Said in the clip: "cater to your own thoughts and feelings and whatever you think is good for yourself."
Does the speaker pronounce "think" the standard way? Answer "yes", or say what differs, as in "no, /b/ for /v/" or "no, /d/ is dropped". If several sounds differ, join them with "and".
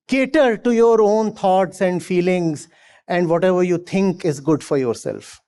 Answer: no, /t/ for /θ/